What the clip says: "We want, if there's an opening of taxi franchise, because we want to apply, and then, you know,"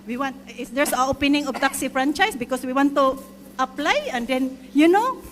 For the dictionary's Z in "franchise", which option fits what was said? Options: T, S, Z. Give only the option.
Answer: S